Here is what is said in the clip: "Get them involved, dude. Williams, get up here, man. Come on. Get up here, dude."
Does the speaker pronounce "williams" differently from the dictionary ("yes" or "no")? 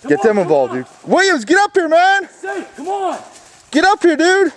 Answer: yes